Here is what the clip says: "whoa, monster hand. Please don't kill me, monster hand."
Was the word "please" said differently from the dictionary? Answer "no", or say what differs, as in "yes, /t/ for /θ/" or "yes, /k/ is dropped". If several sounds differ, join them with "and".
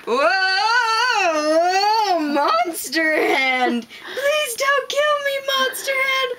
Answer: no